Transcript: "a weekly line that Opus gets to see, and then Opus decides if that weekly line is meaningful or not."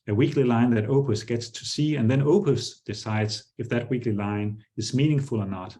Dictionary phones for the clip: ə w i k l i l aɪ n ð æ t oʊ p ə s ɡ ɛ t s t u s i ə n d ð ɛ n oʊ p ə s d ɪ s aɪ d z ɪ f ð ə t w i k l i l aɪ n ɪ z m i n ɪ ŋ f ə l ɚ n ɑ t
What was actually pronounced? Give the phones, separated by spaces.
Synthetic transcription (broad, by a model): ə w i k l i l aɪ n ð æ t oʊ p ə s ɡ ɛ t s t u s i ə n ð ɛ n oʊ p ə s d ɪ s aɪ d z ɪ f ð ə t w i k l i l aɪ n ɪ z m i n ɪ ŋ f ə l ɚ n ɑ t